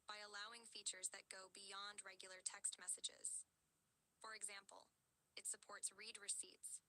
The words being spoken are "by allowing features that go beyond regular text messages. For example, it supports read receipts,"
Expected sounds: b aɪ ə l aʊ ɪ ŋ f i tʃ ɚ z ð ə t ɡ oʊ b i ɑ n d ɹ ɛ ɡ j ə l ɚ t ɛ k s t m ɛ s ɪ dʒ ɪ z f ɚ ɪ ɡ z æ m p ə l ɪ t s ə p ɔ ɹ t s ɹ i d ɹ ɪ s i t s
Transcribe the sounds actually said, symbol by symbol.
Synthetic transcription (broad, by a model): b aɪ ə l aʊ ɪ ŋ f i tʃ ɚ z ð ə t ɡ oʊ b i ɑ n d ɹ ɛ ɡ j l ɚ t ɛ k s t m ɛ s ɪ dʒ ɪ z f ɚ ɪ ɡ z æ m p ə l ɪ t s ə p ɔ ɹ t s ɹ i d ɹ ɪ s i t s